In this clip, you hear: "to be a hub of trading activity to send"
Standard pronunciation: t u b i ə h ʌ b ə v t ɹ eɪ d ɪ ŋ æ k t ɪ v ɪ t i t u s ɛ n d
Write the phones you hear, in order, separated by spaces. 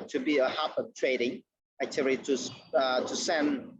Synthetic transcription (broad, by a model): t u b i ə h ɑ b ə t ɹ eɪ d ɪ ŋ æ t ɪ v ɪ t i t u s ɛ n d